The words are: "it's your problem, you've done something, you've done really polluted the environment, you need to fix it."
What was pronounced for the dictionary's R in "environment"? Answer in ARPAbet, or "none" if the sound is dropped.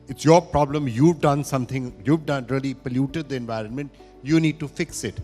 R